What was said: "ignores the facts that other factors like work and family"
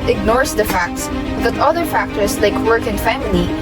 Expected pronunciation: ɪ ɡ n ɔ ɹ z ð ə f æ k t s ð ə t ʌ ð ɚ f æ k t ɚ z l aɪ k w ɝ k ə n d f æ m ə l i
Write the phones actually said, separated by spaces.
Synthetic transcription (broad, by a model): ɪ ɡ n ɔ ɹ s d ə f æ k t s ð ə t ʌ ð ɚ f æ k t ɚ s l aɪ k w ɝ k ə n d f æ m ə l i